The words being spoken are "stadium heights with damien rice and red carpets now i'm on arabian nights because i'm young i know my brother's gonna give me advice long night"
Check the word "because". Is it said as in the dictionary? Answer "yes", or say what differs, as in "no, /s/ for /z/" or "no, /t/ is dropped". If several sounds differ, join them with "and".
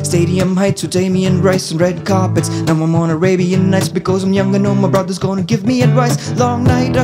yes